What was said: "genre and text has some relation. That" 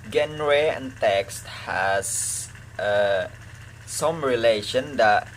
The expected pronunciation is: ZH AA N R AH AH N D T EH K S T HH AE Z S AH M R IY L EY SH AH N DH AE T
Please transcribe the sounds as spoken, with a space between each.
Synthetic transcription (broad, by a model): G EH N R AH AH N T EH K S T HH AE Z S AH M R IY L EY SH AH N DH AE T